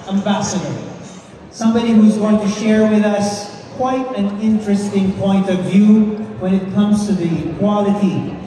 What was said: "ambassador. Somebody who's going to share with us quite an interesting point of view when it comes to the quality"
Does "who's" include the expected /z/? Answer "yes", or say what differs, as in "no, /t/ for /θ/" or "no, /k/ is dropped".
yes